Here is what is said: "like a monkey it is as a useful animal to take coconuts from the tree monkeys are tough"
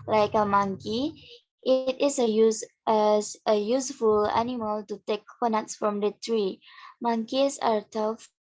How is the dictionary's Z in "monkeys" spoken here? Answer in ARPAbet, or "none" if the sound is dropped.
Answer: S